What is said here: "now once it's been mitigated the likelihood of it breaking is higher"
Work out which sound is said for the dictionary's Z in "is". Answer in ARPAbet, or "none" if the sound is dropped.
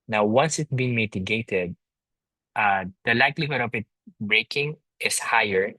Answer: S